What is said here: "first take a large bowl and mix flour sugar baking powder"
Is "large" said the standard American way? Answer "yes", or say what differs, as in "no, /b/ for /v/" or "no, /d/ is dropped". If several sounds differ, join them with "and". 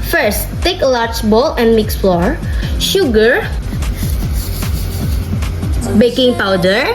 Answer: no, /tʃ/ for /dʒ/